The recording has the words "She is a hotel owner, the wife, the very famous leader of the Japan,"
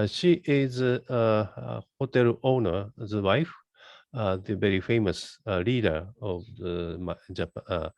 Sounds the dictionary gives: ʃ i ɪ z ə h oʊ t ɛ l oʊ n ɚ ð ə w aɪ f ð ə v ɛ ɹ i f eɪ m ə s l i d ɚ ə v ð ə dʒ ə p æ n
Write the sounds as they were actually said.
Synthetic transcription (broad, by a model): ʃ i ɪ z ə h oʊ t ɛ l oʊ n ɚ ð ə w aɪ f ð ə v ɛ ɹ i f eɪ m ə s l i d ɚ ə v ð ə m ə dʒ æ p